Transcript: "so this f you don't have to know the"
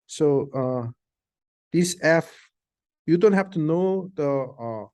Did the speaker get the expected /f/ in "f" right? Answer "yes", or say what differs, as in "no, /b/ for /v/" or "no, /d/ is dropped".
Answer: yes